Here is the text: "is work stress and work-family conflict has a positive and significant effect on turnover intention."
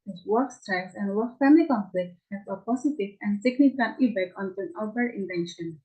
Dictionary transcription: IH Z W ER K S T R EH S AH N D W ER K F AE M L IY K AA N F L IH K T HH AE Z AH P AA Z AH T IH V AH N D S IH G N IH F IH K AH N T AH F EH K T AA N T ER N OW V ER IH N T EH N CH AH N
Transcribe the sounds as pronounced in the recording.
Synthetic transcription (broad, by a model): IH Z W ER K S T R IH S AH N D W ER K F AE M L IY K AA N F L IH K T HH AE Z AH P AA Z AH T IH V AH N D S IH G N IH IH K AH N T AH P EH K AA N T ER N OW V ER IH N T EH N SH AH N